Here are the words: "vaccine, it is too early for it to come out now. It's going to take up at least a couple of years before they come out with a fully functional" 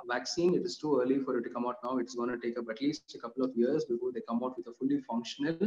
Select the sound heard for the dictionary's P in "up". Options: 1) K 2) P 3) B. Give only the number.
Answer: 3